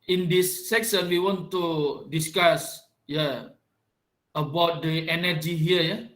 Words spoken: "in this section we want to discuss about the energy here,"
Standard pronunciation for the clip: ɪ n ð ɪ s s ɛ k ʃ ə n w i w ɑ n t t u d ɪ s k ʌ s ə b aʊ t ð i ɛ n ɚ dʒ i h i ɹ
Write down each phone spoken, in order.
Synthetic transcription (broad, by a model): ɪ n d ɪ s s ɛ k s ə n w i w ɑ n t t u d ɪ s k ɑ s ə b aʊ t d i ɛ n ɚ dʒ i h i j